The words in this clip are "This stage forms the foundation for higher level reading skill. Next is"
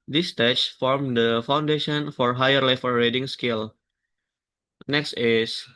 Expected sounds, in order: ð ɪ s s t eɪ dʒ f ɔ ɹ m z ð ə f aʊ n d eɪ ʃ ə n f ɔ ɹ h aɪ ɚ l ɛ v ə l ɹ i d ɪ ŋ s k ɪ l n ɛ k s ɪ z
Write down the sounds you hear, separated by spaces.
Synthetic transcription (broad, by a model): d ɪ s s t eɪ tʃ f ɔ ɹ m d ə f aʊ n d eɪ ʃ ə n f ɔ ɹ h aɪ ɚ l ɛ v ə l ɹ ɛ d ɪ ŋ s k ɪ l n ɛ k s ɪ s